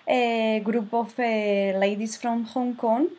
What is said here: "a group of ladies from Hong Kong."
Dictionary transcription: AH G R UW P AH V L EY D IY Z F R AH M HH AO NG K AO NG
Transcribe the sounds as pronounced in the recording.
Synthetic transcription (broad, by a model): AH G R UW P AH F L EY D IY S F R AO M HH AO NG K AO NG